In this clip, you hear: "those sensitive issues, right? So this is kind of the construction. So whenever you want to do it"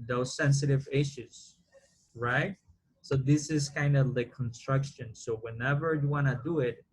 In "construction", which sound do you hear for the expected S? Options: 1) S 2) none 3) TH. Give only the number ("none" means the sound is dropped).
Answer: 1